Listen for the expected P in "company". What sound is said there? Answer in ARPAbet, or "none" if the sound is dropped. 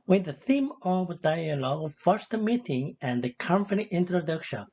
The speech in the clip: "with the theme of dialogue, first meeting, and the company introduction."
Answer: F